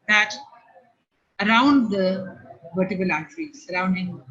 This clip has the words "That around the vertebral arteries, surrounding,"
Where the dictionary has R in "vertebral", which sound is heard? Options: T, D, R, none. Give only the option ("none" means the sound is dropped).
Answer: none